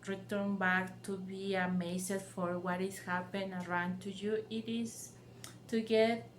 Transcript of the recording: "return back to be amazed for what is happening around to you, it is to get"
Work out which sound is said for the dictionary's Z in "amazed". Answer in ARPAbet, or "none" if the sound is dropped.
S